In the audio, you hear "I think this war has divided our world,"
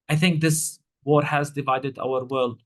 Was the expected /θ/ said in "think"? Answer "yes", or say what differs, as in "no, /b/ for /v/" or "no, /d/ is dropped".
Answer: yes